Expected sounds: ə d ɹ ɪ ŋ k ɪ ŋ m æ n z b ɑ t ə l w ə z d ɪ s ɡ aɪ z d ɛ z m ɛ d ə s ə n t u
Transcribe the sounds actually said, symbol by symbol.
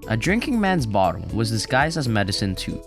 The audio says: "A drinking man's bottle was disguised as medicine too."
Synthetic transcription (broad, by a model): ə d ɹ ɪ ŋ k ɪ ŋ m æ n z b ɑ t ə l w ə z d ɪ s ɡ aɪ z d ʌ z m ɛ d ə s ə n t u